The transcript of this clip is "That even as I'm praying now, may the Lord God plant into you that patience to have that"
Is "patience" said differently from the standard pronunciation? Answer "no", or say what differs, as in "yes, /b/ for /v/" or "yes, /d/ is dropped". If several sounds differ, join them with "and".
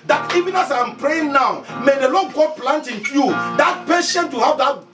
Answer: yes, /s/ is dropped